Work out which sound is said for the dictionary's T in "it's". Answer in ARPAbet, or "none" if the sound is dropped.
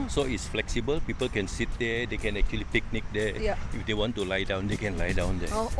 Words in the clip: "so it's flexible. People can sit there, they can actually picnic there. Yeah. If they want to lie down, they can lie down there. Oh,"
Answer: T